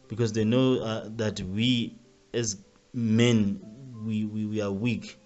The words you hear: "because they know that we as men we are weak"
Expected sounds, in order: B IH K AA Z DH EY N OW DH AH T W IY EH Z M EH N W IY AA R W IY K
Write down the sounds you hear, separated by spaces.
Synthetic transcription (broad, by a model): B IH K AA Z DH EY N OW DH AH T W IY EH Z M EH N W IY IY W W IY K